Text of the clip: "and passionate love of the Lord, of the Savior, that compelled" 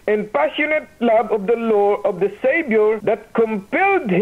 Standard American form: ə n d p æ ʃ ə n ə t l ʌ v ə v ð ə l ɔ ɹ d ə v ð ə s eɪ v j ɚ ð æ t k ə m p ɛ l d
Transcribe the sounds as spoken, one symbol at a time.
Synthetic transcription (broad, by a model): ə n p æ ʃ ə n ə t l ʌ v ə v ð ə l ɔ ɹ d ə v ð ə s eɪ b j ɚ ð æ t k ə m p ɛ l d